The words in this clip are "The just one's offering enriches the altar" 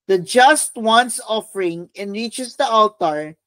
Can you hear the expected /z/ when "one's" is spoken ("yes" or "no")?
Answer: no